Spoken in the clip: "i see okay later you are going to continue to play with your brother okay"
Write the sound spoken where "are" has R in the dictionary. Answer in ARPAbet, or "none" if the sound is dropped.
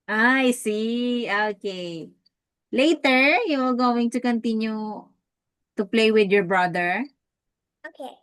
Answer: L